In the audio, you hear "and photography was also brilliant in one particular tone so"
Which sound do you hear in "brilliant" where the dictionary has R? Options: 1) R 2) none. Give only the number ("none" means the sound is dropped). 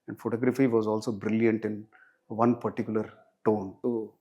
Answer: 1